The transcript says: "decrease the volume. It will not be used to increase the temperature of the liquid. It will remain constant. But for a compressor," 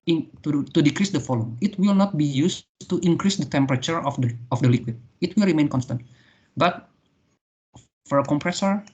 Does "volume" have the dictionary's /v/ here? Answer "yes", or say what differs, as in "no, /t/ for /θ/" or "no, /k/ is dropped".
no, /f/ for /v/